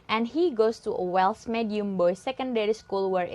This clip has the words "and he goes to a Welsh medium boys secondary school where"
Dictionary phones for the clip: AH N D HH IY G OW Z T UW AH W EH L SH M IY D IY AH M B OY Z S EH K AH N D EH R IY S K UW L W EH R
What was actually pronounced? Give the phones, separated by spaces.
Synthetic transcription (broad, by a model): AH N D HH IY G OW S T UW AH W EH L S M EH D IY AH M B OY S EH K AH N D EH R IY S K UW L W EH R